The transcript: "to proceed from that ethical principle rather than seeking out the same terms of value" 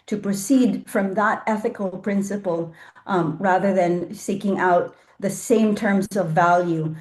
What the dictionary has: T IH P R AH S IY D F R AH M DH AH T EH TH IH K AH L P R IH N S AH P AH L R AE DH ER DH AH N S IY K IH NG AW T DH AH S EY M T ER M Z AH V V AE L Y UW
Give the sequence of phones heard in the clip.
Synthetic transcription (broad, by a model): T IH P R AH S IY D F R AH M DH AH T EH TH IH K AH L P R IH N S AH P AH L R AE DH ER DH AH N S IY K IH NG AW T DH AH S EY M T ER M Z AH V V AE L Y UW